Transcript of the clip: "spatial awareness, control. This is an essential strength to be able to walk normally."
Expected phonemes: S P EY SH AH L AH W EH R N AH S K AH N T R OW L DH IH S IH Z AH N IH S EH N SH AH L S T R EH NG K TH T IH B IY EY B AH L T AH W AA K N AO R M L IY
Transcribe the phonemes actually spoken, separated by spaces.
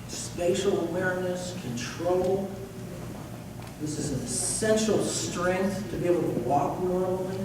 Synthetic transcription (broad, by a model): S P EY SH L AH W EH R N AH S K AH N T R OW L DH IH S IH Z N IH S EH N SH L S T R EH NG K TH T IH B IY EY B L T AH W AA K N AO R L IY